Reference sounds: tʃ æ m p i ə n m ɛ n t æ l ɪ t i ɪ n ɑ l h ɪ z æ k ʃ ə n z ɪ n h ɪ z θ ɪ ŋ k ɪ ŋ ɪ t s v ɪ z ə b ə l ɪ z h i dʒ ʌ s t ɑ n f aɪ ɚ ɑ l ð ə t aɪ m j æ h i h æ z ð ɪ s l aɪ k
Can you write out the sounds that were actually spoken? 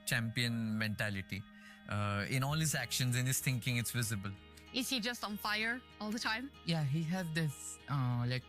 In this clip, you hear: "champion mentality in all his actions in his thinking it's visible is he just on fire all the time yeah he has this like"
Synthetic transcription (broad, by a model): tʃ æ m p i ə n m ɛ n t æ l ɪ t i ɪ n ɑ l h ɪ z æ k ʃ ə n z ɪ n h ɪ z t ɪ ŋ k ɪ ŋ ɪ t s v ɪ z ə b ə l ɪ z h i dʒ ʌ s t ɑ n f aɪ ɚ ɑ l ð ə t aɪ m j æ h i h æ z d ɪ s l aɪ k